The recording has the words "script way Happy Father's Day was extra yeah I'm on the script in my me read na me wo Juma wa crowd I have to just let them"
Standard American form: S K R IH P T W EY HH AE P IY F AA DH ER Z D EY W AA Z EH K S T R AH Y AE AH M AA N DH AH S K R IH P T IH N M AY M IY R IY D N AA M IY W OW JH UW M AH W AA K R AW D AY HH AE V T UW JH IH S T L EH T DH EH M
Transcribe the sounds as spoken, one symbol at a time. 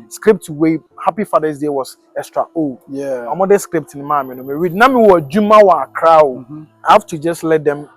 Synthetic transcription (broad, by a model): S K R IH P T W EY HH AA P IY F AA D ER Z D EY W AA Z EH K S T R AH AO AH M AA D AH S K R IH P T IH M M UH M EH R IY D N AA M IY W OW JH UW M AH W AA K R AW AY HH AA F T UW JH IH S T L EH T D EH M